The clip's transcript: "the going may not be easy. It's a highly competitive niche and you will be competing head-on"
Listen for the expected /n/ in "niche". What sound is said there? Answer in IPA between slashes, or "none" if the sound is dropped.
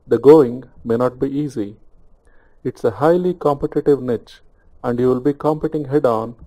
/n/